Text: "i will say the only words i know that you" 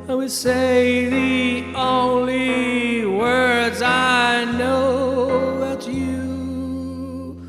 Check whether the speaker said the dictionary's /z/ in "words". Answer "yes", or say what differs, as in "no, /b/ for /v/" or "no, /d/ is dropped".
yes